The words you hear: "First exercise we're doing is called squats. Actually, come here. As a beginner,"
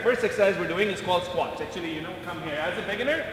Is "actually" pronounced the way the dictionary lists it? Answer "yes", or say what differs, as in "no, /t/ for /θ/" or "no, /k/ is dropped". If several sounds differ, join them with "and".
no, /n/ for /l/